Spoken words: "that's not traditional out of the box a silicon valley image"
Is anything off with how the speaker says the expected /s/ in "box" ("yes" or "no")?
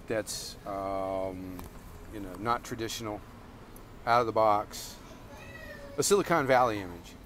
no